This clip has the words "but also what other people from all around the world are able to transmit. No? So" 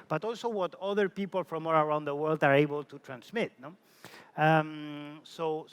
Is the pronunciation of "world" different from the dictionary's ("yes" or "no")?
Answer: no